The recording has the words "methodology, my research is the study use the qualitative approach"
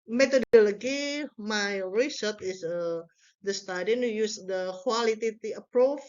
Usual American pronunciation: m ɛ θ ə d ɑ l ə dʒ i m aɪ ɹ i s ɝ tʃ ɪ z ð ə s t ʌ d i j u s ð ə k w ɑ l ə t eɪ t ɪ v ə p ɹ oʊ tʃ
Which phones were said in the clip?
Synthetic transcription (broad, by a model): m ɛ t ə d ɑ l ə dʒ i m aɪ ɹ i s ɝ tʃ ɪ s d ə s t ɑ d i j u s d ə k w ɑ l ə t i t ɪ ə p ɹ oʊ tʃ